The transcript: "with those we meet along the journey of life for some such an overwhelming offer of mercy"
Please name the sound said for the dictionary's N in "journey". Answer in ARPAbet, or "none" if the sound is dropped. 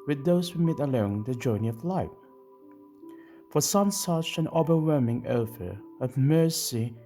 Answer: N